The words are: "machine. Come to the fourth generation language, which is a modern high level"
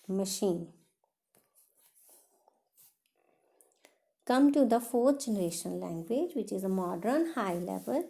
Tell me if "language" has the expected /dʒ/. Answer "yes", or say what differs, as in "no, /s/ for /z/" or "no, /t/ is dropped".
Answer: yes